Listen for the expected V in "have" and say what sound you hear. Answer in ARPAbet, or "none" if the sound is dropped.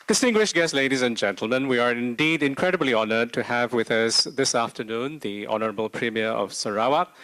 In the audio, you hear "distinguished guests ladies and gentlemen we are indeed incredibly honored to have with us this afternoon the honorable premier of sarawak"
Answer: V